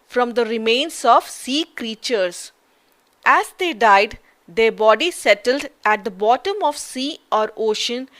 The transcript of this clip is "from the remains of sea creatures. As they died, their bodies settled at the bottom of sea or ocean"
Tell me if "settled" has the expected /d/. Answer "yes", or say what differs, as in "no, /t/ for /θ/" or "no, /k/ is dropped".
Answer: yes